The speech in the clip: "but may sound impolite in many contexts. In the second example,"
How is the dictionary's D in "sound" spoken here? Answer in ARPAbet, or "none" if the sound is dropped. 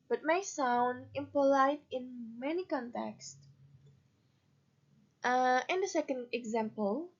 D